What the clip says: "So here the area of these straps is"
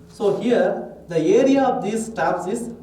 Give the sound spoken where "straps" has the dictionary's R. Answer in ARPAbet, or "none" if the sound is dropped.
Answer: none